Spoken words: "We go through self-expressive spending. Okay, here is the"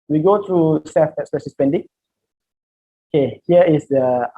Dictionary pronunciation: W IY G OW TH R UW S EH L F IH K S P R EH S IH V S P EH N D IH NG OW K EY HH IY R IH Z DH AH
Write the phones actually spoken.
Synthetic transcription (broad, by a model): W IY G OW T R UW S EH F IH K S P EH SH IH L S P EH N D IH NG OW K EY HH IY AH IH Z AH